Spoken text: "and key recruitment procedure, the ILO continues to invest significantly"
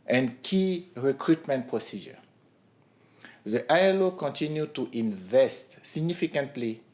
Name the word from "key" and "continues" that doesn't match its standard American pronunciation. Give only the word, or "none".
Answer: continues